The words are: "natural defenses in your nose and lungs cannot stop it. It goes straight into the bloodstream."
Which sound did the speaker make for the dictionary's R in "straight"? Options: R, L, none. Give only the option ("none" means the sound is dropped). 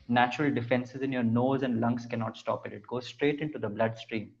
R